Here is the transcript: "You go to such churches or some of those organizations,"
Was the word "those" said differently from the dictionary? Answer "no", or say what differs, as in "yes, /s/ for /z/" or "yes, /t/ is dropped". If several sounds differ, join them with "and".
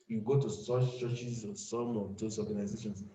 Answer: yes, /s/ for /z/